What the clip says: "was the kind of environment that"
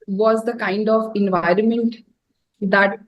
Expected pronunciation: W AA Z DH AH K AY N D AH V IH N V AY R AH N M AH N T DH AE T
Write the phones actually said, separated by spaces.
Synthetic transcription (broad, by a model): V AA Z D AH K AY N D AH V IH N V AY R AH N M AH N T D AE T